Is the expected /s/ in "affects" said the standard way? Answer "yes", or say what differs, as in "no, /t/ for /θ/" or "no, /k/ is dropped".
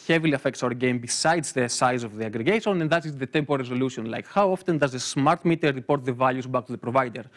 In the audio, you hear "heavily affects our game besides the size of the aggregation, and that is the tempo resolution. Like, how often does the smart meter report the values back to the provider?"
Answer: yes